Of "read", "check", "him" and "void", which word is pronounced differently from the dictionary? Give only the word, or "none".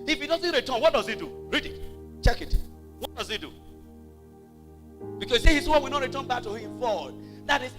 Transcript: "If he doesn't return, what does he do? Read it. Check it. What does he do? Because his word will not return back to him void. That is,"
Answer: void